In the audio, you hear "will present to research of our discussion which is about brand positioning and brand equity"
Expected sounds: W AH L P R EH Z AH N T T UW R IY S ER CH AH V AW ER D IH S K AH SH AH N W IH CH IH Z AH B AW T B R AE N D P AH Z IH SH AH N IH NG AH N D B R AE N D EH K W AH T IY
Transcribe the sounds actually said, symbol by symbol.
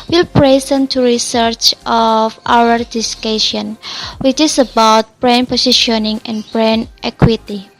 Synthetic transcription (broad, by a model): W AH L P R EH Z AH N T T UW R IY S ER CH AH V AW ER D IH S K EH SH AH N W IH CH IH S AH B AW T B R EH N P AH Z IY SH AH N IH NG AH N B R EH N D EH K W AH T IY